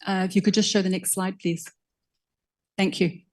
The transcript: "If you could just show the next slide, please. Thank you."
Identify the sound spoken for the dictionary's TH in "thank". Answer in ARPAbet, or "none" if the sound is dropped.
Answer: TH